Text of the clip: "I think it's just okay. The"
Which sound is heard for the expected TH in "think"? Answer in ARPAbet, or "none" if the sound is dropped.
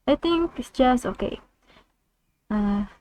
T